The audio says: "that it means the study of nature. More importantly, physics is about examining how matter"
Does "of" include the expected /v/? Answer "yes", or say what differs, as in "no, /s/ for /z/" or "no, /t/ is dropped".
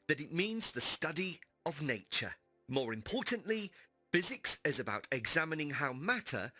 yes